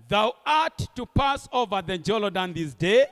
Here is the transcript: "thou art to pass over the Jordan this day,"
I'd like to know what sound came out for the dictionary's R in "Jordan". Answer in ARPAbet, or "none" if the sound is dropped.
L